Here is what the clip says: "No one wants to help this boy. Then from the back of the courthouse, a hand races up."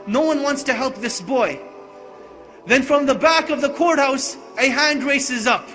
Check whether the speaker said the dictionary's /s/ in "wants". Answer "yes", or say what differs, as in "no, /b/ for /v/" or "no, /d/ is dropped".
yes